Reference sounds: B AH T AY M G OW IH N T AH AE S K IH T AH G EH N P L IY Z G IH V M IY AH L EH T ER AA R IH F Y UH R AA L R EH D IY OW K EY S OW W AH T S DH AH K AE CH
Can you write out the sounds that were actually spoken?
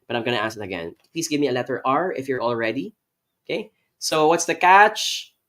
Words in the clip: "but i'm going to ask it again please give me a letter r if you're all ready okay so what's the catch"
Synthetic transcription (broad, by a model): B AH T AY M G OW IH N T AH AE S IH T AH G EH N P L IY S G IH V M IY AH L EH T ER AA R IH F Y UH R AA L R EH D IY OW K EY S OW W AH T S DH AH K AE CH